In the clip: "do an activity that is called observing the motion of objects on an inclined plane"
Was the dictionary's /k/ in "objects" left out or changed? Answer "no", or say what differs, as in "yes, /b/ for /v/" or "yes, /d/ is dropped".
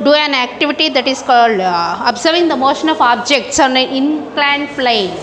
no